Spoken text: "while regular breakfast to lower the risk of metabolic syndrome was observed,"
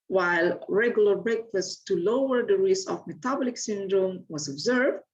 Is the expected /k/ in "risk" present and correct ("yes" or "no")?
no